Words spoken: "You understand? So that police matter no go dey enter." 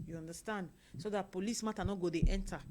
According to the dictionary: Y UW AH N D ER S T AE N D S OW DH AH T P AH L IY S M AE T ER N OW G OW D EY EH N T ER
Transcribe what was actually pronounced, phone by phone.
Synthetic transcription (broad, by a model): Y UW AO N D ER S T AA N D S OW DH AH T P AH L IY S M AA T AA N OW G OW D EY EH N T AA